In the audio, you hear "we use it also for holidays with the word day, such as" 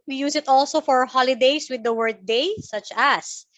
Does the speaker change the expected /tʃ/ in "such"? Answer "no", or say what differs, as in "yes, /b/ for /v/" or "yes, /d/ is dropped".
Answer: no